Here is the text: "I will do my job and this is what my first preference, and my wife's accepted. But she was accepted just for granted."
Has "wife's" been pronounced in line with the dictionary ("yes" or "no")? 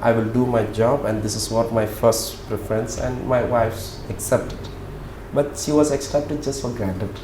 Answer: yes